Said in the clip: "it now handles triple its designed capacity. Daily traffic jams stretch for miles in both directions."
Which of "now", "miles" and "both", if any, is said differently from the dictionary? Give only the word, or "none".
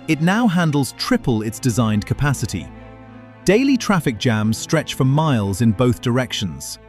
none